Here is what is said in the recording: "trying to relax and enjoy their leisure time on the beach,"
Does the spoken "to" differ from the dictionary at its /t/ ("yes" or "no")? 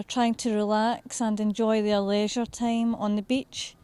no